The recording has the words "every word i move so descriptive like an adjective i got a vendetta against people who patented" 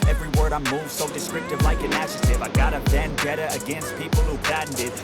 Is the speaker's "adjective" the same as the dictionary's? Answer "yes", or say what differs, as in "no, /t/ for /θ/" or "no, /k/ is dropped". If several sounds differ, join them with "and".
no, /ʃ/ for /dʒ/ and /k/ is dropped